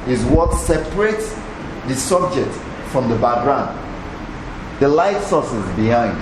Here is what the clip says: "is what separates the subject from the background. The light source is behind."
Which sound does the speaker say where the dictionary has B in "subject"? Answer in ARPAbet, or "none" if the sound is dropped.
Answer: B